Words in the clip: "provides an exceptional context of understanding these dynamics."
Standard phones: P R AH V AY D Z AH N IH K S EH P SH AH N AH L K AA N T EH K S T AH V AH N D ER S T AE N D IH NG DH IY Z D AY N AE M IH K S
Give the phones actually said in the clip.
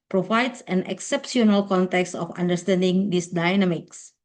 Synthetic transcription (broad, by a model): P R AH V AY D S AH N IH K S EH P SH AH N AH L K AA N T EH K S T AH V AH N D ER S T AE N D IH NG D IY S D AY N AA M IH K S